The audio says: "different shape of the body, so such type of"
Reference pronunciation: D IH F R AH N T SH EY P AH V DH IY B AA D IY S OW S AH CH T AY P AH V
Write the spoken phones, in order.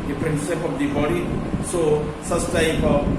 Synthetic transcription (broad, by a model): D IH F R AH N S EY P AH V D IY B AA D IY S OW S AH S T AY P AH